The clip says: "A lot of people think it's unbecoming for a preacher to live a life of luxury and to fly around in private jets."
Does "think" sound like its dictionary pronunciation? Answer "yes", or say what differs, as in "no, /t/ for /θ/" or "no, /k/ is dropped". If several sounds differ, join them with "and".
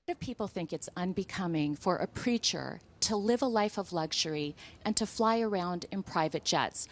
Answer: yes